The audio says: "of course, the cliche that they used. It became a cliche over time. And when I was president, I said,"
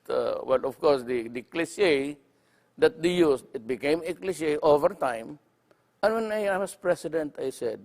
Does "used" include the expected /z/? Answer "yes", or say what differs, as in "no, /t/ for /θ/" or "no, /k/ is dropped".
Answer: no, /s/ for /z/